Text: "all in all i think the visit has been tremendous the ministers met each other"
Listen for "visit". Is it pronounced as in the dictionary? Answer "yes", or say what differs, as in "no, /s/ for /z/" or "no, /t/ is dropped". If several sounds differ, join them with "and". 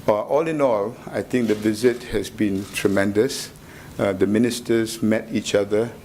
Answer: yes